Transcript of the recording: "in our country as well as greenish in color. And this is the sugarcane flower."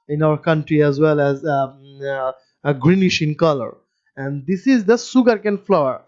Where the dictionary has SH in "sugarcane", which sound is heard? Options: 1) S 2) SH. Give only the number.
1